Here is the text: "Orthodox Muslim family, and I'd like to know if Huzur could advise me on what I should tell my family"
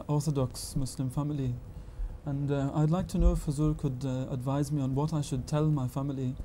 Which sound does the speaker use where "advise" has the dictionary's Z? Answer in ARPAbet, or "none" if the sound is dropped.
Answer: Z